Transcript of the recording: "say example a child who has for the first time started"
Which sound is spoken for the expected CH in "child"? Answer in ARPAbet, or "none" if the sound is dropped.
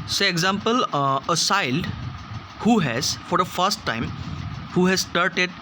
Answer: S